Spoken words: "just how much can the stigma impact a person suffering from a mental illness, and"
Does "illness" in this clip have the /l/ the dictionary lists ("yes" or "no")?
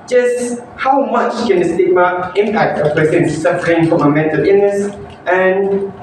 no